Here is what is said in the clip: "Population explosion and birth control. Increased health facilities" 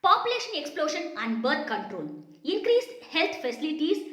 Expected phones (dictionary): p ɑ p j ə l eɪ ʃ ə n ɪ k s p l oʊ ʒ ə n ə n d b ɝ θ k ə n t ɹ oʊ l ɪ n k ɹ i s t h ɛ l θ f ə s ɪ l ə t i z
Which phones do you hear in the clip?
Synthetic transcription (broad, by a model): p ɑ p j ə l eɪ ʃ ə n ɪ k s p l oʊ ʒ ə n ə n d b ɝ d k ə n t ɹ oʊ l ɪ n k ɹ i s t h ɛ l t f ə s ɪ l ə t i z